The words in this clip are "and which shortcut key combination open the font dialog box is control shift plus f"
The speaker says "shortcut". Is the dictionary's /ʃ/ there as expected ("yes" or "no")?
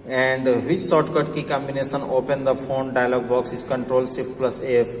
no